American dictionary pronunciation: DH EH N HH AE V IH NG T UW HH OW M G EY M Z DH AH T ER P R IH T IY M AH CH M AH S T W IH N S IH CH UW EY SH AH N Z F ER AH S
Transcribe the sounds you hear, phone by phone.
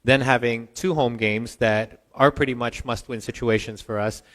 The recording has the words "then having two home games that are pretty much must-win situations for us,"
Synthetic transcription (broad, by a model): DH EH N HH AE V IH NG T UW HH OW M G EY M Z DH AH T ER P R IH T IY M AH CH M AH S T W IH N S IH CH UW EY SH AH N Z F ER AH S